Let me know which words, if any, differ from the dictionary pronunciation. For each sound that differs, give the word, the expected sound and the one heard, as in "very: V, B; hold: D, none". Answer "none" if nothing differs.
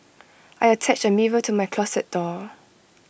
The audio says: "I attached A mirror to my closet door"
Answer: attached: T, none; closet: Z, S